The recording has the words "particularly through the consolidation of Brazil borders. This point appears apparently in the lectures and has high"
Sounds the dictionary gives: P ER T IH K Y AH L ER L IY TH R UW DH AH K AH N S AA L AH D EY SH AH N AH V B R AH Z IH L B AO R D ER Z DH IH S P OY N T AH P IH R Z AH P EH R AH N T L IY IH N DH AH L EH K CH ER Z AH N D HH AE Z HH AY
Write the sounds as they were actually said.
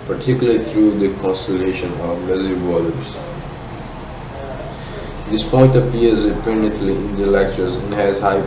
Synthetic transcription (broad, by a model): P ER T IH K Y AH L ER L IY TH R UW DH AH K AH N S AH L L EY SH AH N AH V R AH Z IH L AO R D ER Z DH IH S P OY N T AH P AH R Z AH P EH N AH T L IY IH N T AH L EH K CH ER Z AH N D HH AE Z HH AY